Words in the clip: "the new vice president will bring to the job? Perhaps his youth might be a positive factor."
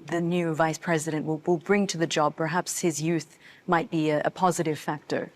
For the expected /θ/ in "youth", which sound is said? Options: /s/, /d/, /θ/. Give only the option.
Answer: /θ/